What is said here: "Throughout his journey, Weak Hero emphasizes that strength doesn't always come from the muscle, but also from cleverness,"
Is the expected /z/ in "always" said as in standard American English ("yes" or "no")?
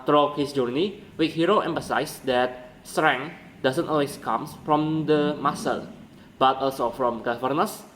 no